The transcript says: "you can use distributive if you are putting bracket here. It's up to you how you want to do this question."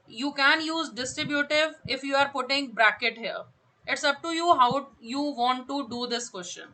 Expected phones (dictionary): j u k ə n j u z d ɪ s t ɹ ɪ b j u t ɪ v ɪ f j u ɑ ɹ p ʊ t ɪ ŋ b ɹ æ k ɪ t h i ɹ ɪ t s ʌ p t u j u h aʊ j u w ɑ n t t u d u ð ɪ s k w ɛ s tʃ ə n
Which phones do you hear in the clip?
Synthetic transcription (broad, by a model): j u k ə n j u z d ɪ s t ɹ ɪ b j u t ɪ v ɪ f j u ɑ ɹ p ʊ t ɪ ŋ b ɹ æ k ɪ t h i ɹ ɪ t s ʌ p t u j u h aʊ j u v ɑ n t t u d u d ɪ s k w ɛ s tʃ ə n